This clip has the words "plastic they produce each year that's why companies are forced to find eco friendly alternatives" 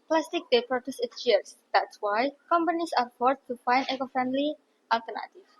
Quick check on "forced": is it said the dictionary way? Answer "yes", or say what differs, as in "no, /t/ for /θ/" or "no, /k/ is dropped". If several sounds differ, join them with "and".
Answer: no, /s/ is dropped